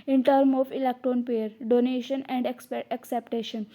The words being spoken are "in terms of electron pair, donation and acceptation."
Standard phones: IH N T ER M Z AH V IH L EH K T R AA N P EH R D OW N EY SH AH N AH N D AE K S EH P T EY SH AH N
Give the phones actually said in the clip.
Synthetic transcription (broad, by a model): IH N T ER M AH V IH L EH K T R AA N P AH R D OW N EY SH AH N AH N D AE K S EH P T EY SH AH N